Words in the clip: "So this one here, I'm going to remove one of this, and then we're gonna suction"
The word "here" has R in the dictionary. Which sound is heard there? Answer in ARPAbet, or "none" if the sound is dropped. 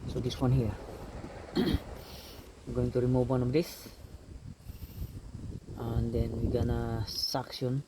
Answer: W